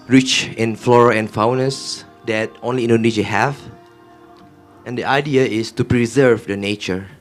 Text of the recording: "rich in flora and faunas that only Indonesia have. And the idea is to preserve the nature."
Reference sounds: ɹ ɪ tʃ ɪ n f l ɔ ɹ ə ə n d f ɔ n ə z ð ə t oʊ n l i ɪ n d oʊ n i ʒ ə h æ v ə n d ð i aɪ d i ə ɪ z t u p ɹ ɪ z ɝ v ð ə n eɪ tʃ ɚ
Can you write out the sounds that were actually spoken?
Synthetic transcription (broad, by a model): ɹ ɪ tʃ ɪ n f l ɔ ɹ ə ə n f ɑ n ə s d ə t oʊ n l i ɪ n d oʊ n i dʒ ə h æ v ə n d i aɪ d i ə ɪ s t u p ɹ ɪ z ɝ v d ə n eɪ tʃ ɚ